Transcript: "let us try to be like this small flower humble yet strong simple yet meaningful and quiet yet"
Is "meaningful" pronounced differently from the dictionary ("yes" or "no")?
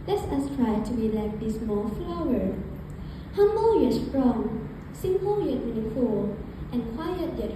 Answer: yes